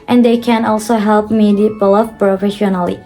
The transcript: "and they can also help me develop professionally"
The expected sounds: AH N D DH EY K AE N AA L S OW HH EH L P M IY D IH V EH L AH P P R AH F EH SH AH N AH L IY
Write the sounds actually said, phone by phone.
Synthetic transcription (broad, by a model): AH N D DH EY K AE N AA L S OW HH EH L P M IY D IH B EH L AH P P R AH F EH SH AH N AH L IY